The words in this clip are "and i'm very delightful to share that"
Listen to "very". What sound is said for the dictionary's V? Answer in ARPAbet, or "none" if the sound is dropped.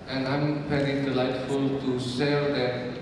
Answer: F